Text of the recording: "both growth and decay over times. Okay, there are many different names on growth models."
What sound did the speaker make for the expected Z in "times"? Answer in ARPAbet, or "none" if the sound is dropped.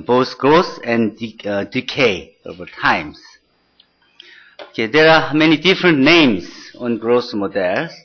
S